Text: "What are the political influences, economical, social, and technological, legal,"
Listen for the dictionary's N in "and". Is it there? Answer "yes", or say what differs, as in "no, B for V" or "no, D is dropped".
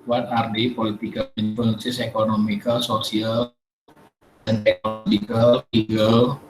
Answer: no, L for N